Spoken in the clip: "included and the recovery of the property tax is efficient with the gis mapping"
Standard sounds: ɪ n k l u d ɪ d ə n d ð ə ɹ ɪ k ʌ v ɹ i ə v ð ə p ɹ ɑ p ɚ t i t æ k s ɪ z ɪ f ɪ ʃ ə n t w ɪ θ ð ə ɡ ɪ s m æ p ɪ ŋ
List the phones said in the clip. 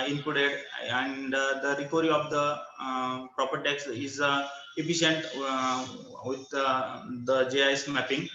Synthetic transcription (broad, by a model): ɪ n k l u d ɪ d ə n d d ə ɹ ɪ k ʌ ɹ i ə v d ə p ɹ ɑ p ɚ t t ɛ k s ɪ z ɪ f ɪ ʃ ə n t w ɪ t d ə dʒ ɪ s m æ p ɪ ŋ